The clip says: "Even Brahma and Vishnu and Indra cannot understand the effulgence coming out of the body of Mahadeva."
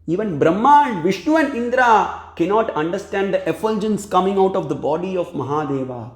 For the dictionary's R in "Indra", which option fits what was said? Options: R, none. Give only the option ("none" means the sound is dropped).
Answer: R